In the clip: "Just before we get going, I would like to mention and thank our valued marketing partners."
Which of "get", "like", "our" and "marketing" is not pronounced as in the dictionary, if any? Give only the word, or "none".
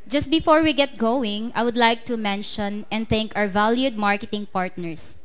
our